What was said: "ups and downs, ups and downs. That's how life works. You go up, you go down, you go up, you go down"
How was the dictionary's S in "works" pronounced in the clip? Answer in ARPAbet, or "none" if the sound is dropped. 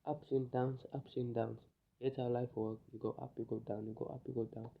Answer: none